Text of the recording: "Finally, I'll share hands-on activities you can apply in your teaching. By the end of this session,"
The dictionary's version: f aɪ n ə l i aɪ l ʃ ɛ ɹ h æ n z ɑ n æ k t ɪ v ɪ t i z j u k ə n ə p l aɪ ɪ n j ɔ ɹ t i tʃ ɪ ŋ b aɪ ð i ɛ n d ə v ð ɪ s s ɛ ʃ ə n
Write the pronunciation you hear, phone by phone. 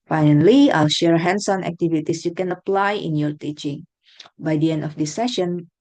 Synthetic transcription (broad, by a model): f aɪ n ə l i aɪ l ʃ ɛ ɹ h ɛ n s ɑ n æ k t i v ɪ t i s j u k ə n ə p l aɪ ɪ n j ɔ ɹ t i tʃ ɪ ŋ b aɪ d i ɛ n d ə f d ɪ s s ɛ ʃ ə n